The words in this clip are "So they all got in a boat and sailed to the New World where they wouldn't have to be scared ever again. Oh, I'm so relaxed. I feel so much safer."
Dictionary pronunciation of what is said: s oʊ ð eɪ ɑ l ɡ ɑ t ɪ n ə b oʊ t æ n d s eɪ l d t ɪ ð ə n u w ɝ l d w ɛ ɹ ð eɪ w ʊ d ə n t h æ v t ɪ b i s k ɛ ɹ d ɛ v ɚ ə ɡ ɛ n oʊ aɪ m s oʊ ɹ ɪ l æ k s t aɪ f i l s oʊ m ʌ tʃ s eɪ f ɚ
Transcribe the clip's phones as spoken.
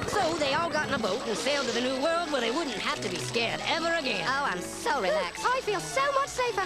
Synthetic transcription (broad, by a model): s oʊ ð eɪ ɑ l ɡ ɑ t n ə b oʊ t n s eɪ l d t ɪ ð ə n u w ɝ l d w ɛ ɹ ð eɪ w ʊ d n t h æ f t ɪ b i s k ɛ ɹ d ɛ v ɚ ə ɡ ɛ n oʊ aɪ m s oʊ ɹ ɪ l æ k s aɪ f i l s oʊ m ʌ tʃ s eɪ f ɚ